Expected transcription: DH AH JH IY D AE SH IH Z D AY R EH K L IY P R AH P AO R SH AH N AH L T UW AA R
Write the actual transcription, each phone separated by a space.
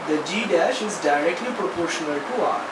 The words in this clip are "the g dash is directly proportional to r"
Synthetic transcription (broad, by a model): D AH JH IY D AE SH IH Z D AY R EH K L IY P R AH P AO R SH AH N AH L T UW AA